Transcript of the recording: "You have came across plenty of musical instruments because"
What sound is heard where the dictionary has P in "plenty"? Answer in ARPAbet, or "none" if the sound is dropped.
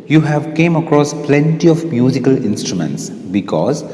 P